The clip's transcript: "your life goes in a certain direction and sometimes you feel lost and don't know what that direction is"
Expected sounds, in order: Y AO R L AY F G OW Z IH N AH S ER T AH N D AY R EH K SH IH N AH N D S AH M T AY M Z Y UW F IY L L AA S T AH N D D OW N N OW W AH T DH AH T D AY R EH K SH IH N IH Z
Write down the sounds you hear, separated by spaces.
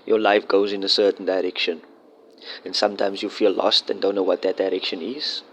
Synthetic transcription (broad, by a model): Y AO L AY F G OW Z IH N AH S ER T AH N D AY R EH K SH IH N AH N S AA M T AY M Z Y UW F IY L L AA S T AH N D D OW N N OW W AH T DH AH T D AY R EH K SH IH N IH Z